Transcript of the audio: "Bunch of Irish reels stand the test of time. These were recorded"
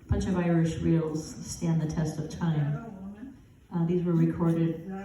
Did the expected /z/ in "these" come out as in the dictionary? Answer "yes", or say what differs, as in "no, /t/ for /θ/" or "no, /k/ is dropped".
yes